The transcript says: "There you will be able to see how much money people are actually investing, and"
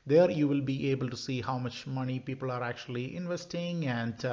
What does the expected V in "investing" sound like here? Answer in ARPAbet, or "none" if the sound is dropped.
V